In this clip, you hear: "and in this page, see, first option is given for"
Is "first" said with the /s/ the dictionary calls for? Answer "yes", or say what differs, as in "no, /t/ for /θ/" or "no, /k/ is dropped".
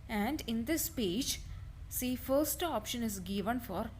yes